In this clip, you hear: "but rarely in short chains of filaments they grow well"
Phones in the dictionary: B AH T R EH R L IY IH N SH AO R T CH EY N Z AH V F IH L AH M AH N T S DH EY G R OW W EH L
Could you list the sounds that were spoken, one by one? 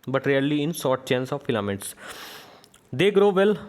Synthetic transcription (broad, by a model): B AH T R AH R L IY IH N S AO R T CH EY N S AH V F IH L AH M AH T S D EY G R OW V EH L